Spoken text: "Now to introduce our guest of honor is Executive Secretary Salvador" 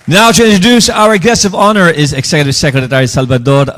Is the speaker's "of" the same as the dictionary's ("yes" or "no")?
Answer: yes